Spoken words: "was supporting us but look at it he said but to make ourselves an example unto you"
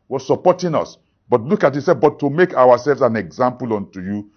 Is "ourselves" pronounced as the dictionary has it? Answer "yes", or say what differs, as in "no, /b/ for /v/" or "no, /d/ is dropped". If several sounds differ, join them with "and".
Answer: no, /w/ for /ɹ/